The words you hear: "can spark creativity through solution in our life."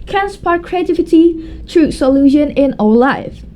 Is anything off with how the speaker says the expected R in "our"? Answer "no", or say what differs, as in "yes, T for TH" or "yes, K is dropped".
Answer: yes, L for R